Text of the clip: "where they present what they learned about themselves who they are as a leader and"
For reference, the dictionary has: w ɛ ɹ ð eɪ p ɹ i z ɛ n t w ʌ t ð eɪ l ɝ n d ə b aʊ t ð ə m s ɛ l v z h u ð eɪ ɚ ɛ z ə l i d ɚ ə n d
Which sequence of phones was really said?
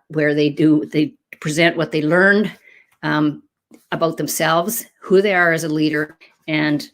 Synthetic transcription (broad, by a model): w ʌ ɹ ð eɪ p ɹ i z ɛ n t w ʌ t ð eɪ l ɝ n d ə b aʊ t ð ə m s ɛ l v z h u ð eɪ ɚ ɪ z ə l i d ɚ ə n